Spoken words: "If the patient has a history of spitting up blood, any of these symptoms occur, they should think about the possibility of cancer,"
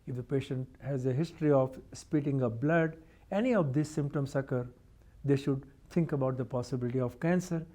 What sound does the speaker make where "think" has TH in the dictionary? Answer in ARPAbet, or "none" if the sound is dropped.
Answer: T